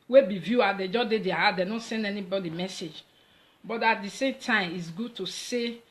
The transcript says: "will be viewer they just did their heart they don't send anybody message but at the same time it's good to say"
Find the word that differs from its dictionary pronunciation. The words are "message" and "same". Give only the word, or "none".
none